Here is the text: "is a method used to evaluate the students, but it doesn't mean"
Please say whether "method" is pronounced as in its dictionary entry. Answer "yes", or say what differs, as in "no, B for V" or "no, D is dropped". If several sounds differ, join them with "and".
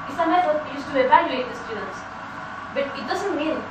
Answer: no, T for TH